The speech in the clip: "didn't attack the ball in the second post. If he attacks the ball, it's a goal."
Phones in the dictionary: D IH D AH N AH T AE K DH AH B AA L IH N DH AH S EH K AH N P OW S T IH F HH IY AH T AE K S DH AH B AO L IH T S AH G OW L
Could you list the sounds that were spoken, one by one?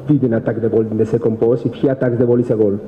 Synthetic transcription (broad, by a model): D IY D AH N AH T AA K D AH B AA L IH N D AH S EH K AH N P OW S IH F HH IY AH T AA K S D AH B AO L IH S AH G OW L